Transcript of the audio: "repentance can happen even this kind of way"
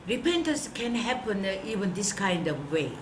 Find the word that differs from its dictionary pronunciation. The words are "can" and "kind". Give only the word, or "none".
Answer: none